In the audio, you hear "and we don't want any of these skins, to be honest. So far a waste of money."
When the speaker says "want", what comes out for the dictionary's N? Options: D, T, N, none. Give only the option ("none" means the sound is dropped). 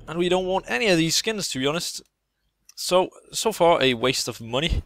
N